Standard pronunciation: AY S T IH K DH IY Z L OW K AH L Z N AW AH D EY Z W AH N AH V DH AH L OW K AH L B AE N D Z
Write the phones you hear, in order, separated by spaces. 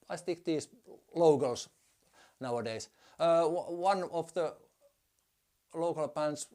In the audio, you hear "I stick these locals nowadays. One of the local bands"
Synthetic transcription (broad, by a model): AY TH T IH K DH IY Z L OW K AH L S N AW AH D EY S W AH N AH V DH AH L OW K AH L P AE N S